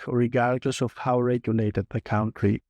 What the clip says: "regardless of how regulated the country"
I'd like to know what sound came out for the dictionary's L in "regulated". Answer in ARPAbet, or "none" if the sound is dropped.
N